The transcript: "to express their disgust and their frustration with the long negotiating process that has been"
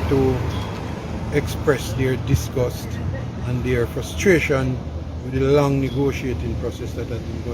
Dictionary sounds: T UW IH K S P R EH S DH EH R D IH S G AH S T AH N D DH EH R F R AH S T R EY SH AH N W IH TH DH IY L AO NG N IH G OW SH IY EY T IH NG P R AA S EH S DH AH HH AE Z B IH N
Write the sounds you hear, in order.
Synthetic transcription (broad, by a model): T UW IH K S P R EH S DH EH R D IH S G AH S T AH N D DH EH R F R AH S T R EY SH AH N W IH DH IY L AO NG N IH G OW SH IY EY T IH NG P R AA S EH S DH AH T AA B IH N